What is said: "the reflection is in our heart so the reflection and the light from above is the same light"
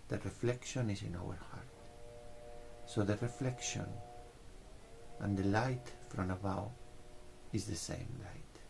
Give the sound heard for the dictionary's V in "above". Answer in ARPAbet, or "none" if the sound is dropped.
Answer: W